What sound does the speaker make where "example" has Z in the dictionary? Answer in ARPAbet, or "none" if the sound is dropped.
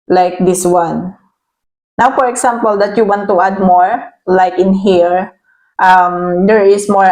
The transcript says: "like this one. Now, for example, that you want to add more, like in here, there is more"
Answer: S